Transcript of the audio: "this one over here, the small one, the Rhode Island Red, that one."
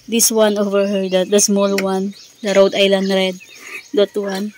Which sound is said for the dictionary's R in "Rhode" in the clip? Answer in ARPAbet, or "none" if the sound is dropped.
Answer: R